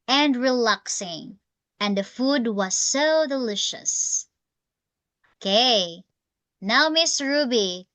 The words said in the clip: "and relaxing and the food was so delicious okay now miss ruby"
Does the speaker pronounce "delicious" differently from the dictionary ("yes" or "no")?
no